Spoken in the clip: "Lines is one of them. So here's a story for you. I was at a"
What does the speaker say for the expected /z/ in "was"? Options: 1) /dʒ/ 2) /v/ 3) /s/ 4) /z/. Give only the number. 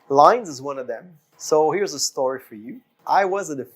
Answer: 4